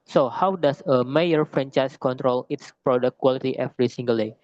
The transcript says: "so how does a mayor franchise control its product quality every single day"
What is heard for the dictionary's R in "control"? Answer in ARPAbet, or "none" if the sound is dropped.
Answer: R